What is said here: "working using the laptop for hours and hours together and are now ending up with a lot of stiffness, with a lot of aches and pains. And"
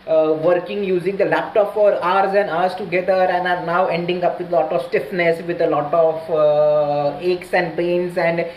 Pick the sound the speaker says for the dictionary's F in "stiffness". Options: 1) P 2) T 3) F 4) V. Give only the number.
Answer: 3